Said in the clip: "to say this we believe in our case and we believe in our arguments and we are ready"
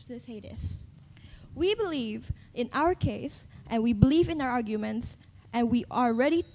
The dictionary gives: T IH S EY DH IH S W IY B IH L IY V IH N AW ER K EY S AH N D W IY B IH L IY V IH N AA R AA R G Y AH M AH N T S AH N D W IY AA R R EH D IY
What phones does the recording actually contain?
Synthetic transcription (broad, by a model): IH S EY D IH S W IY B IH L IY V IH N AW ER K EY S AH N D W IY B IH L IY V IH N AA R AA R G Y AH M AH N T S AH N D W IY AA L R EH D IY